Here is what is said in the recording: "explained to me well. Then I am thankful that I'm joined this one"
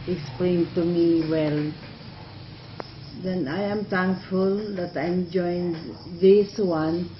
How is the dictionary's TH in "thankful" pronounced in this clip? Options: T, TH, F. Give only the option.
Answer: T